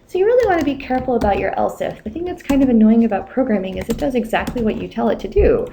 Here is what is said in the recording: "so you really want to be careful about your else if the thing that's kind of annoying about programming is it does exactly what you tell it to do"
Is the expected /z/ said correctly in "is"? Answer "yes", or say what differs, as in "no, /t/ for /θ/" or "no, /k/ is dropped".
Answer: yes